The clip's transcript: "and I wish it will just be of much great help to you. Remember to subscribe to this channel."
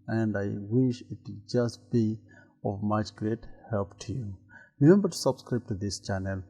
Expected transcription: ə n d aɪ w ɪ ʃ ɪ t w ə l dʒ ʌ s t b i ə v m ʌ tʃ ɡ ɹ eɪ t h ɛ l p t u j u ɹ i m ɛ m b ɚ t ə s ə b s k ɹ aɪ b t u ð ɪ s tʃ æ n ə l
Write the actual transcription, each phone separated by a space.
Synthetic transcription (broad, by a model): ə n d aɪ w ɪ ʃ ɪ t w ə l dʒ ʌ s t b i ə v m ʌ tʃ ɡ ɹ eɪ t h ɛ l p t u j u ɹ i m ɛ m b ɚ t s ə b s k ɹ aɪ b t u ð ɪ s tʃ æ n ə l